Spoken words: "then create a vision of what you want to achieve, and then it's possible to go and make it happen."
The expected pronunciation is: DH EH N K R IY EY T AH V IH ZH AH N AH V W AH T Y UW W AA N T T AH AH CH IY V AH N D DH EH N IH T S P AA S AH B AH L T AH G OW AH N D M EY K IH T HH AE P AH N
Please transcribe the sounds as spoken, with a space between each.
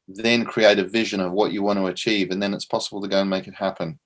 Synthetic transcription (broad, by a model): DH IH N K R IY EY T AH V IH ZH AH N AH V W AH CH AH W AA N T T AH AH CH IY V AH N DH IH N IH T S P AA S AH B AH L T AH G OW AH N M EY K IH T HH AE P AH N